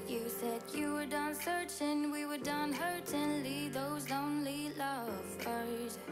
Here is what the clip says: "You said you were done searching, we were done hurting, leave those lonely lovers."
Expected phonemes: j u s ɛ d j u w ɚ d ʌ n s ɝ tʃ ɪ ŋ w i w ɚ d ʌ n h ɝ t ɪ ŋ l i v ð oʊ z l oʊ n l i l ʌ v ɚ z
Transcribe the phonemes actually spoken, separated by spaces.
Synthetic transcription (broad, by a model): j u s ɛ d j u w ɚ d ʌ n s ɝ tʃ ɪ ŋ w i w ɚ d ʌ n h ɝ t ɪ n l i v ð oʊ z l oʊ n l i l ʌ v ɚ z